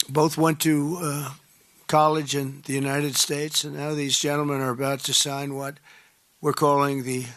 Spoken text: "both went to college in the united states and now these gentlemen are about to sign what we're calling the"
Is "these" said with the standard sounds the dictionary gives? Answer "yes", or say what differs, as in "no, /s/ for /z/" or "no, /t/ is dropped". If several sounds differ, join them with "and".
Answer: yes